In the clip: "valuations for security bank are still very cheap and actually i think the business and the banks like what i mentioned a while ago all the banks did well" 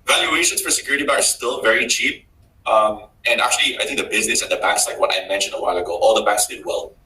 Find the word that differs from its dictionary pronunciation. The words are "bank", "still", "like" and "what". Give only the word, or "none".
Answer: bank